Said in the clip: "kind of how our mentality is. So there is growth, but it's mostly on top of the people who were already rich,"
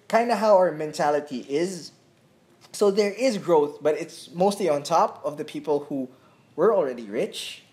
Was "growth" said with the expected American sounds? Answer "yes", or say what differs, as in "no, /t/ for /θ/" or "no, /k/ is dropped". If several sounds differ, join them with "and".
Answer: yes